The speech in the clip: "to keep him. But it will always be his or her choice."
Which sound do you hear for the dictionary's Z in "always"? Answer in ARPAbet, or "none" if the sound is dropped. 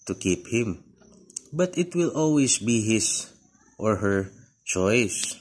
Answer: S